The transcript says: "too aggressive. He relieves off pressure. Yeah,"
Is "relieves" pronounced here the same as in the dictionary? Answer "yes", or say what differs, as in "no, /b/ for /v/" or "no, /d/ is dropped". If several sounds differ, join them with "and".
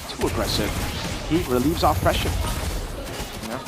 yes